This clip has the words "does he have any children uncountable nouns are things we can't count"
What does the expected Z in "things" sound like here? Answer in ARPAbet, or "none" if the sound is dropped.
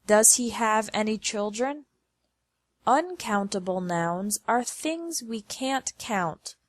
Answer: Z